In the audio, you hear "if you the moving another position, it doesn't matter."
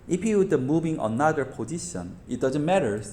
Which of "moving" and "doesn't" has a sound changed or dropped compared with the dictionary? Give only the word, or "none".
moving